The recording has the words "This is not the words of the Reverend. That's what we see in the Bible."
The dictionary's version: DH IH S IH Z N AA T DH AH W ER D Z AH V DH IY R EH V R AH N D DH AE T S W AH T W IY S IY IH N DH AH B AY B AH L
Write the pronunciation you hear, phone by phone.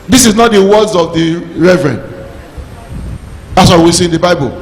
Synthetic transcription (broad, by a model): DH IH S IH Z N AA T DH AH W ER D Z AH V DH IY R EH V R AH N D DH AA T S W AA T W IY S IY IH N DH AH B AY B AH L